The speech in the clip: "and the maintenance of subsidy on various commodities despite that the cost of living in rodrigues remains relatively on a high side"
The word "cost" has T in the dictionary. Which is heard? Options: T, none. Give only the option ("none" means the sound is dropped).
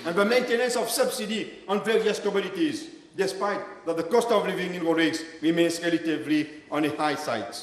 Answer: T